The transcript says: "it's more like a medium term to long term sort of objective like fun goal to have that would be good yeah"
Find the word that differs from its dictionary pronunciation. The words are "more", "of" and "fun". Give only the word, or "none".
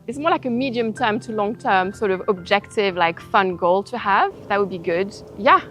none